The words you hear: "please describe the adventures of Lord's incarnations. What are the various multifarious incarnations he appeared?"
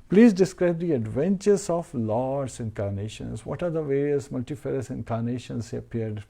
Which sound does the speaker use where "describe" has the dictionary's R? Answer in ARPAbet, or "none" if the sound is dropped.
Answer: R